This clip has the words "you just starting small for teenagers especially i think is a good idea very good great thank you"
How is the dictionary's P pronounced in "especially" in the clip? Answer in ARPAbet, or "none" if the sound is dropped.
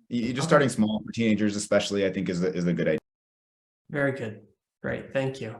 P